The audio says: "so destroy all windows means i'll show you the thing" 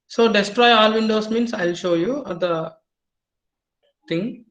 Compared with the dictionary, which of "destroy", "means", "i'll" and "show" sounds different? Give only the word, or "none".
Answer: means